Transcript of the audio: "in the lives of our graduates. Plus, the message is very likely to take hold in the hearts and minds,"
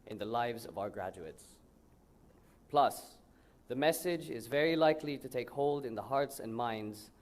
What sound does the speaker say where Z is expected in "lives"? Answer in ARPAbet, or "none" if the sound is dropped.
Z